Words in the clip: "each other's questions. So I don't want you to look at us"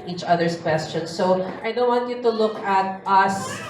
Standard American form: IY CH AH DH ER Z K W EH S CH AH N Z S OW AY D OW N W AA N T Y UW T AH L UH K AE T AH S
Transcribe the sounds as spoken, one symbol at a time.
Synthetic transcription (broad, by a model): IY CH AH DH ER S K W EH S CH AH N S OW AY D OW N W AA N T Y UW T AH L UH K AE T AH S